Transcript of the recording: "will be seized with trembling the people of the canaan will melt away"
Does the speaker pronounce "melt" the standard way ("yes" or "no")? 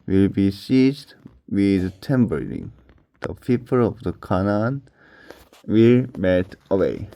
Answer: no